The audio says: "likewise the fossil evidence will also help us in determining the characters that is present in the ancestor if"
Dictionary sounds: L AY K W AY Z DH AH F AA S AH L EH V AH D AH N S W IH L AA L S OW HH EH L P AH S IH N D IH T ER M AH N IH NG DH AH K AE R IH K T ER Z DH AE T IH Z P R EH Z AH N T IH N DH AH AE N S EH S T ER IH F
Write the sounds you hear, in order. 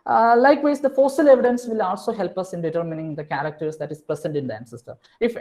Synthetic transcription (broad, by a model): L AY K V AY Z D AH F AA S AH L EH V AH D AH N S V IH L AA L S OW HH EH L P AH S IH N D IH T ER M AH N IH NG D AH K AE R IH K T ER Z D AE T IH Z P R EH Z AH N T IH N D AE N S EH S T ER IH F